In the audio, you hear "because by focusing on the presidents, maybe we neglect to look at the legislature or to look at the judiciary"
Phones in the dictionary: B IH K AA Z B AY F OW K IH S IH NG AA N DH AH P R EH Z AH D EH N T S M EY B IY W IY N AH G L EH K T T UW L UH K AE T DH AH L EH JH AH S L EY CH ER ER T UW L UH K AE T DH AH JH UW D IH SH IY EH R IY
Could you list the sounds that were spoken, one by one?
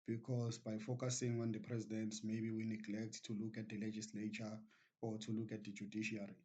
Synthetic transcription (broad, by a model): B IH K AA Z B AY F OW K IH S IH NG AA N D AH P R EH Z AH D EH N T S M EY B IY W IY N AH G L EH K T T UW L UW K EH T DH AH L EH JH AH S L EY CH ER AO T UW L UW K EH T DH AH JH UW D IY SH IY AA R IY